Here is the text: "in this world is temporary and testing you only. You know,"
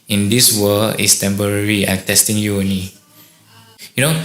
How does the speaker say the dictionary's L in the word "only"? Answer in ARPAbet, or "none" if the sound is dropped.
none